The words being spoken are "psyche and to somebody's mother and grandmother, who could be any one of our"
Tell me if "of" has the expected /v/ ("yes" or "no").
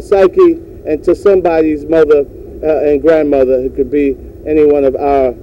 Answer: yes